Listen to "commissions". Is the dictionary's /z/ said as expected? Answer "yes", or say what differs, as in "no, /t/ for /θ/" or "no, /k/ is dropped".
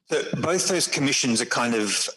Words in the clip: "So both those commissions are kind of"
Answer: yes